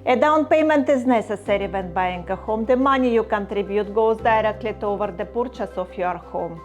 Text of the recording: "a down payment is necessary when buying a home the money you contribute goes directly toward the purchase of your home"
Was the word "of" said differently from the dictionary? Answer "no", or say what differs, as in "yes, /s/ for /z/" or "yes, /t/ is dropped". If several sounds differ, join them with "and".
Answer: yes, /f/ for /v/